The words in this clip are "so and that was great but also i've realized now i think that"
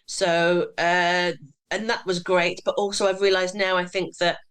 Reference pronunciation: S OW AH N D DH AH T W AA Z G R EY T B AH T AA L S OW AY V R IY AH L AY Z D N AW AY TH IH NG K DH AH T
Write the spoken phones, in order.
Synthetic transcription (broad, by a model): S OW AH N DH AH T W AA Z G R EY T B AH T AA L S OW AY V R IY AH L AY Z N AW AY TH IH NG K DH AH T